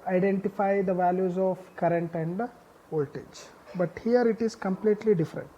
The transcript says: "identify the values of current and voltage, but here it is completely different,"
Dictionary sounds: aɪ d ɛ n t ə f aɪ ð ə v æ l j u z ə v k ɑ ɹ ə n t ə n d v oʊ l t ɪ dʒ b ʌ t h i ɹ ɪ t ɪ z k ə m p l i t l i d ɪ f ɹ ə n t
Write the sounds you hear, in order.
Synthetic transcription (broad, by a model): aɪ d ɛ n t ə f aɪ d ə v æ l j u z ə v k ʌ ɹ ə n t ə n d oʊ l t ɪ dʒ b ʌ t h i ɹ ɪ t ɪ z k ə m p l i t l i d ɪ f ɹ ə n t